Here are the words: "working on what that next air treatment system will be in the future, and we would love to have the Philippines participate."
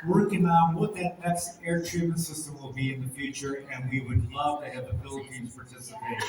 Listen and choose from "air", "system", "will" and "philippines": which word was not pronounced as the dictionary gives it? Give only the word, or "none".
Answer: philippines